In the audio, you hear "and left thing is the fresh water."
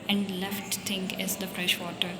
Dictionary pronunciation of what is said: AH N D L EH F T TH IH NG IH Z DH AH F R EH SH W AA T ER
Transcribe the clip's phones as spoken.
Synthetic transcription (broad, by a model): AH N D L EH F T T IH NG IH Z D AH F R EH SH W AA T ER